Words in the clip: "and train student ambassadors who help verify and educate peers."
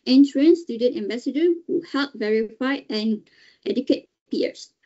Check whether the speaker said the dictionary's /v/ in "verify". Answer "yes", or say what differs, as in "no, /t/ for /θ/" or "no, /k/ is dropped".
yes